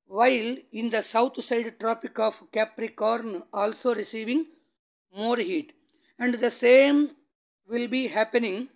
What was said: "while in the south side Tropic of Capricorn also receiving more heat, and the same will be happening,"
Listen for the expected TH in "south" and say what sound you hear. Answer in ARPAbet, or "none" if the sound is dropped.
T